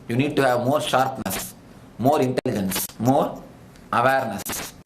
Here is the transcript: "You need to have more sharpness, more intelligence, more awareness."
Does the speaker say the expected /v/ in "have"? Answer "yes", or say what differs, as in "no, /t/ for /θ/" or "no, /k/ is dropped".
yes